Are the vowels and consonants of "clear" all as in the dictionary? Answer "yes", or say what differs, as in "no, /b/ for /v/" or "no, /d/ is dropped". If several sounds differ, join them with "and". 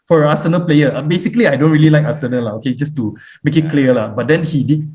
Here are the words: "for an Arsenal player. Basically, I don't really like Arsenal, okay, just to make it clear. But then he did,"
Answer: no, /l/ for /ɹ/